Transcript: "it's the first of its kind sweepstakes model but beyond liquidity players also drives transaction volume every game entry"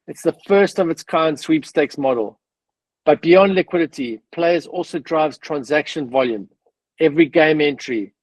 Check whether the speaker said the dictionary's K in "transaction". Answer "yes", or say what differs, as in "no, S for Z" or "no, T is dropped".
yes